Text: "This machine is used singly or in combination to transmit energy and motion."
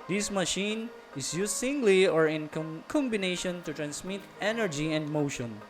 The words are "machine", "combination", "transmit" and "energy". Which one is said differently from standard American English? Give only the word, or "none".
transmit